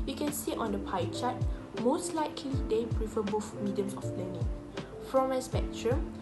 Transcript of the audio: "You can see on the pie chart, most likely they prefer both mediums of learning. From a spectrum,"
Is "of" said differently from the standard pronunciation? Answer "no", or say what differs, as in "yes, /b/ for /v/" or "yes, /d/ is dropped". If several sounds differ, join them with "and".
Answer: yes, /p/ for /v/